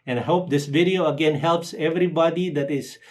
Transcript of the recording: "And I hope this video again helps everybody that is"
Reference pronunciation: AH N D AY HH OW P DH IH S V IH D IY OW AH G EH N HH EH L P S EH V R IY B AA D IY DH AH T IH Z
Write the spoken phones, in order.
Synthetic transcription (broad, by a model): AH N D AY HH OW P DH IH S V IH D IY OW AH G EH N HH EH L P S EH V R IY B AA D IY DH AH T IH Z